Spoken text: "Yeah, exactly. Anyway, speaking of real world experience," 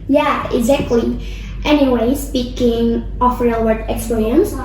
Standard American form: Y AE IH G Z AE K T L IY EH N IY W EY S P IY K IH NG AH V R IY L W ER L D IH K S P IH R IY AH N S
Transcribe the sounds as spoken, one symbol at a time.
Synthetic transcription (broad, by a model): Y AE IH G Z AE K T L IY EH N IY W EY S P IY K IH NG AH F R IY L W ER D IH K S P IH R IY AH N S